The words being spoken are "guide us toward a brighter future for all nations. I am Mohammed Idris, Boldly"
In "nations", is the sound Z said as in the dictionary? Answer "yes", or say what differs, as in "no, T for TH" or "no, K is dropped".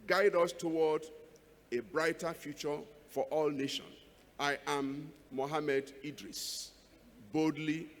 no, Z is dropped